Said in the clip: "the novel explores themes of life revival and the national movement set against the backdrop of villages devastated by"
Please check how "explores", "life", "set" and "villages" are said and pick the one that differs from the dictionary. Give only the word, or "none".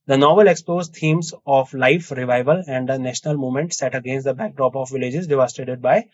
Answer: explores